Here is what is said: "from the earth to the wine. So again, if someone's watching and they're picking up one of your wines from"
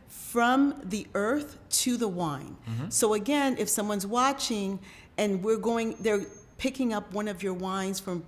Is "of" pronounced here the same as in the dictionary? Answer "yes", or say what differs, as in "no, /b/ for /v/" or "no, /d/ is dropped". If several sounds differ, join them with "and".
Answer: yes